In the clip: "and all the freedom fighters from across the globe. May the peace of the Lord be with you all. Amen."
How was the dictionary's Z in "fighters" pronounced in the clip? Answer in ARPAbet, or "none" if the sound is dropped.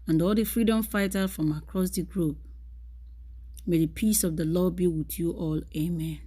none